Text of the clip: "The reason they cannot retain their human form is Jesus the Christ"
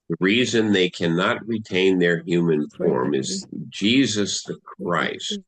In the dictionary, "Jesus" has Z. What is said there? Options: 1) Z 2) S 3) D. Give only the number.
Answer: 1